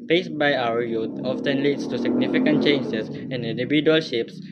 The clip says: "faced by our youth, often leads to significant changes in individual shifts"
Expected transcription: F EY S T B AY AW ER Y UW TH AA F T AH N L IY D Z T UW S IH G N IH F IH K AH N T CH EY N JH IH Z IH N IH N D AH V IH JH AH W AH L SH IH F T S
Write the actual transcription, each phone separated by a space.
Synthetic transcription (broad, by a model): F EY S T B AY AW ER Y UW T AA F T AH N L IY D S T UW S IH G N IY F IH K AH N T CH EY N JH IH S IH N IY N D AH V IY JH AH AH L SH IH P S